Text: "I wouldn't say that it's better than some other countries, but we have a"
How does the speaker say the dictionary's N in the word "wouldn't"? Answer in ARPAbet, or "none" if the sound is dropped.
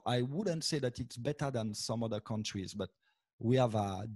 N